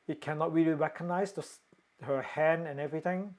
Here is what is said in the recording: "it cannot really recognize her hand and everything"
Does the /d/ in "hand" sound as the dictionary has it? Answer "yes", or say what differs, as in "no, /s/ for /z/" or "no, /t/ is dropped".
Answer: no, /d/ is dropped